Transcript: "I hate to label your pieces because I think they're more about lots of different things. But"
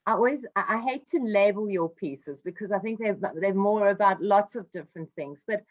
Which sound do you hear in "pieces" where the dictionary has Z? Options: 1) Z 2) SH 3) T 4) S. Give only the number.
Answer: 1